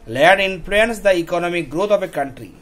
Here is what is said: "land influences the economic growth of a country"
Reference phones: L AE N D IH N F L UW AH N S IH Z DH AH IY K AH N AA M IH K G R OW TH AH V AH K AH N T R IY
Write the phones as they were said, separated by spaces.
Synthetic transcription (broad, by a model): L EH D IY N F L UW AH N S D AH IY K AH N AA M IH K G R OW T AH P AH K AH N T R IY